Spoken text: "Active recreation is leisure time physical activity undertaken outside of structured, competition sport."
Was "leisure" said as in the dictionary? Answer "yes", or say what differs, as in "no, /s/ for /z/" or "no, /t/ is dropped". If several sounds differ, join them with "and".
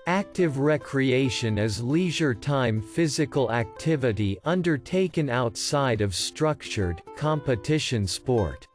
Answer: yes